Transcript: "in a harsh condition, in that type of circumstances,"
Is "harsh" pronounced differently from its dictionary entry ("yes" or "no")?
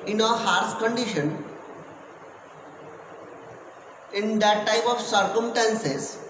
yes